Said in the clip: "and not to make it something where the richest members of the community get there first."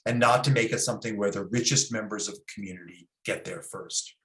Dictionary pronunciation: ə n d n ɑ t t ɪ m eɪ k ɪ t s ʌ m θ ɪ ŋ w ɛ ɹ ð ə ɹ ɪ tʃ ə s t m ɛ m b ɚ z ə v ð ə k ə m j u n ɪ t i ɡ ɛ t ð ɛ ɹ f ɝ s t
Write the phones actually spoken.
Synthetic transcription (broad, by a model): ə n n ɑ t t ɪ m eɪ k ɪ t s ʌ m θ ɪ ŋ w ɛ ɹ ð ə ɹ ɪ tʃ ə s t m ɛ m b ɚ z ə v ð ə k m j u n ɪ t i ɡ ɛ t ð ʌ ɹ f ɝ s t